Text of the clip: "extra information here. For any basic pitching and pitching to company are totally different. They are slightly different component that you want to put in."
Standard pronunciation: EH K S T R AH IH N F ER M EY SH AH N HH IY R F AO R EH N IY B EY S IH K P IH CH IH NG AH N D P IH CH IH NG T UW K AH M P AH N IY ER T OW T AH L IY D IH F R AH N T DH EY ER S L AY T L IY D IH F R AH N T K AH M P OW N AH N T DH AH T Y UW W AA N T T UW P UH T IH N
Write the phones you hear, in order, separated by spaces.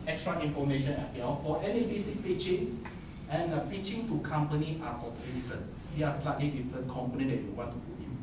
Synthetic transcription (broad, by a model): EH K S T R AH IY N F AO M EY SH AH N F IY L F AO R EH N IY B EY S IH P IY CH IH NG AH N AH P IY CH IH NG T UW K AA M P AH N IY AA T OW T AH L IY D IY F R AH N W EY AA S L AY T L IY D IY F R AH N K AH M P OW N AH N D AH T Y UW W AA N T T UW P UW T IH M